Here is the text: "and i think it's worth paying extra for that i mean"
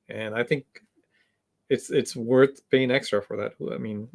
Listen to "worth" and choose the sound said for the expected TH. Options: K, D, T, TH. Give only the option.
TH